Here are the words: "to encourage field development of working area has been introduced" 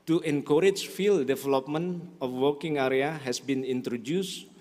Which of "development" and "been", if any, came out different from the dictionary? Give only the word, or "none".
development